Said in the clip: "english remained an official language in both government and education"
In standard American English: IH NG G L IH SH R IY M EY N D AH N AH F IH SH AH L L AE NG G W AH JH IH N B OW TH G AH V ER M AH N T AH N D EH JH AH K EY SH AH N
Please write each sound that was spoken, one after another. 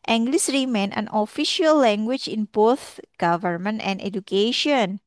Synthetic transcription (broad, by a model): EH NG G L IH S R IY M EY N AH N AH F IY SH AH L L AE NG G W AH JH IH N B OW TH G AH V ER M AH N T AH N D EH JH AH K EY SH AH N